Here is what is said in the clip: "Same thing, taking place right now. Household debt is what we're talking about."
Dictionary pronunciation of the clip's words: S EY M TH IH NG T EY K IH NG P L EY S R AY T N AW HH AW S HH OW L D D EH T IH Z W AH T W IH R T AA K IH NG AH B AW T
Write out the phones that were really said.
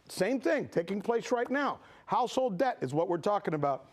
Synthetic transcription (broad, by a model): S EY M TH IH NG T EY K IH NG P L EY S R AY T N AW HH AW S HH OW L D D EH T IH Z W AH T W IH R T AA K IH NG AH B AW T